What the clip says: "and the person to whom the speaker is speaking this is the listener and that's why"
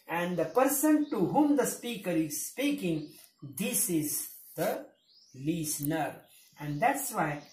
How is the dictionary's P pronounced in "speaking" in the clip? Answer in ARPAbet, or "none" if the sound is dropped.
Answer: P